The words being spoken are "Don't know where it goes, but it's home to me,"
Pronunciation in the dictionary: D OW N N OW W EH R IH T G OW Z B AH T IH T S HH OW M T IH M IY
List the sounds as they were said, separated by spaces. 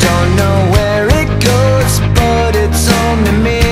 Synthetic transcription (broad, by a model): OW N N OW W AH R IH T G OW Z B AH T IH T S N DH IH M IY